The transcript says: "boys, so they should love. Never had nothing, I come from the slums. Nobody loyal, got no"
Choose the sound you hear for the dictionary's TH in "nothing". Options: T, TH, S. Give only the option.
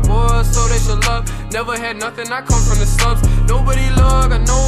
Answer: TH